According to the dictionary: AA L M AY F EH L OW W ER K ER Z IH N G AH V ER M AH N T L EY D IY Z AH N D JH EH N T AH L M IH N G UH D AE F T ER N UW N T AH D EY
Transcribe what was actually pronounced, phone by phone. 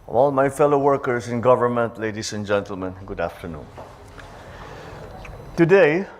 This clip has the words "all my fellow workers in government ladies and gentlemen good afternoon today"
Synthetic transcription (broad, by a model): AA L M AY F EH L OW W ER K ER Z IH N G AH V ER M AH N T L EY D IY S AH N JH EH N T AH L M IH N G UH D AE F T ER N UW N T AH D EY